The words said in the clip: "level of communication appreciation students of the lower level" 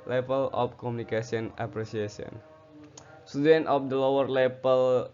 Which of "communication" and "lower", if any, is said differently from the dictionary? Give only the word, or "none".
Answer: communication